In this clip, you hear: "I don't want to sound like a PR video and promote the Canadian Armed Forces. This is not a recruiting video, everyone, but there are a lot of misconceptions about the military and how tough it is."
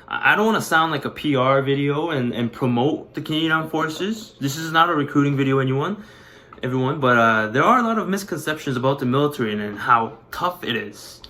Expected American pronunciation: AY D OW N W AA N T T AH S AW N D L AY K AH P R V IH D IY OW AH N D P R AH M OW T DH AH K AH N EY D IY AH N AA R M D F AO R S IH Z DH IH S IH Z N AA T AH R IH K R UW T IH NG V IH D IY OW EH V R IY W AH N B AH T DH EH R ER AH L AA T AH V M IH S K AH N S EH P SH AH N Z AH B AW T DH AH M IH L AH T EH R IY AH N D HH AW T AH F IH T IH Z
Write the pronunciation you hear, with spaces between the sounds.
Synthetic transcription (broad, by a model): AY D OW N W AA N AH S AW N D L AY K AH P R V IH D IY OW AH N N P R AH M OW T DH AH K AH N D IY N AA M F AO R S IH Z DH IH S IH Z N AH T AH R IH K R UW T IH NG V IH D IY OW EH V R IY W AH N B AH T DH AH R ER AH L AA T AH V M IH S K AH N S EH P SH AH N Z AH B AW T DH AH M IH L AH T EH R IY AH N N HH AW T AH F IH T IH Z